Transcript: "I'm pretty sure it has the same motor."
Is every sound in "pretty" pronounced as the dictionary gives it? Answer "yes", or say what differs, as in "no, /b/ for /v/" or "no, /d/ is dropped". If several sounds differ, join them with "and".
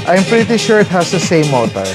yes